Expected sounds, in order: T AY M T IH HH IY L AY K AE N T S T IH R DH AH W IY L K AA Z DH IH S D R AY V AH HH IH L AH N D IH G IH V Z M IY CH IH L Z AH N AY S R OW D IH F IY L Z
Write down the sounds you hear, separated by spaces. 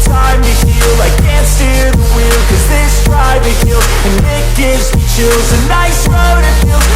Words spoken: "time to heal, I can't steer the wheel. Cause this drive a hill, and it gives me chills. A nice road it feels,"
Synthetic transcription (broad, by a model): T AY M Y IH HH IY L AY K AE N T S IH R DH AH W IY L K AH Z DH IH S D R AY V AH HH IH L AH N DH IH G IH V Z M IY CH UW Z AH N AY S R OW D IH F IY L